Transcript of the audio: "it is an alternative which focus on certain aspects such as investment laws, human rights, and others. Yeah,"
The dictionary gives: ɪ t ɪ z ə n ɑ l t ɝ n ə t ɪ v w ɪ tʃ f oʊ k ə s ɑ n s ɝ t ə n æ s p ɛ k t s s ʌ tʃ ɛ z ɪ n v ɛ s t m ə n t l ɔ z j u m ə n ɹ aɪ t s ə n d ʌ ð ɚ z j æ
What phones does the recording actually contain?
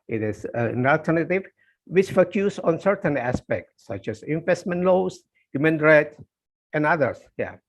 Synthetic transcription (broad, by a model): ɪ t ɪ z ə n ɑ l t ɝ n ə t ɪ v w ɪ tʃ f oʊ k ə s ɑ n s ɝ t ə n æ s p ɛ k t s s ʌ tʃ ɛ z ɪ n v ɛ s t m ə n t l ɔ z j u m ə n ɹ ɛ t ə n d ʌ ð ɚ s j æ